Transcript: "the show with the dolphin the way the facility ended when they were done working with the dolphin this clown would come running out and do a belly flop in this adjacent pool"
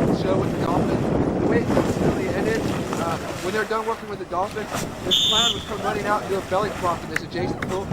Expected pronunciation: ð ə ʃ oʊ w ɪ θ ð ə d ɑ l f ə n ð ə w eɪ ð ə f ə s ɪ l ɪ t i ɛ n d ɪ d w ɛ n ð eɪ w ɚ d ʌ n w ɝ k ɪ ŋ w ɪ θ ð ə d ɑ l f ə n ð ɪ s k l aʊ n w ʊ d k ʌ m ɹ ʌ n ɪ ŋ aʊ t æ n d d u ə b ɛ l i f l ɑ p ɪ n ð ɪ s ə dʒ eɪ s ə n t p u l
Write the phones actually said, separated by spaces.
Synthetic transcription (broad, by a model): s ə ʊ w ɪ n ð ə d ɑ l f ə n ð ə w eɪ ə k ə ɪ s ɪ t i ɛ n d ɪ d w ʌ n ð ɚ d ʌ n w ɝ k ɪ ŋ w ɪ ð ə d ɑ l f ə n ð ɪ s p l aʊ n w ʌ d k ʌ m ɹ ʌ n ɪ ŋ aʊ t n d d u ə b ɛ l i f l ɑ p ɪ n ð ɪ s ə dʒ eɪ s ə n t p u l